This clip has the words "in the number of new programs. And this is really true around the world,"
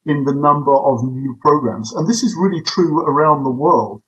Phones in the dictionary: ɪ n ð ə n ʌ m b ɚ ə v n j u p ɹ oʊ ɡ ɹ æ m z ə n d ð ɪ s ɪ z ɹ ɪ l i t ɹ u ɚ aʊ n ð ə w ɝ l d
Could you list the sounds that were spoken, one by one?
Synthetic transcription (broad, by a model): ɪ n ð ə n ʌ m b ɚ ə v n j u p ɹ oʊ ɡ ɹ æ m z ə n ð ɪ s ɪ z ɹ ɪ l i t ɹ u ɚ aʊ n ð ə w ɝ l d